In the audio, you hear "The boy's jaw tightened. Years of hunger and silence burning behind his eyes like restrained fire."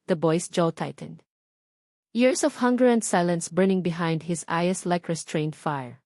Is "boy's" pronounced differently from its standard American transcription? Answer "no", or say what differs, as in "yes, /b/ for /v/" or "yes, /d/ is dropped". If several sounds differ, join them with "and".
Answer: yes, /s/ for /z/